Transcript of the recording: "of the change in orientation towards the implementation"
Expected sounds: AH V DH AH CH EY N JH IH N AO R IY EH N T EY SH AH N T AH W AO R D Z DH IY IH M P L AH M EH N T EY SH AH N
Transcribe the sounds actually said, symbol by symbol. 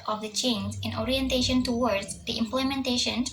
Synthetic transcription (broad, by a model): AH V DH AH CH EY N Z IH N AO R IY EH N T EY SH AH N T AH W AO R D Z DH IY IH M P L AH M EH N T EY SH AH N